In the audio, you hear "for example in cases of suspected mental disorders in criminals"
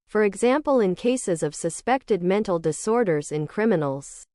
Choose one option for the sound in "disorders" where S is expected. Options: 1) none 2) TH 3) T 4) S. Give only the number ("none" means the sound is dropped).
4